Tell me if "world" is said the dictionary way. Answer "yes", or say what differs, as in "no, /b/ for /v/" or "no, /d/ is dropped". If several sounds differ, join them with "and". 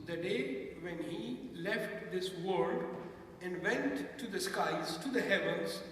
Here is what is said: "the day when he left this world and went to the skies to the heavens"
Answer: no, /l/ is dropped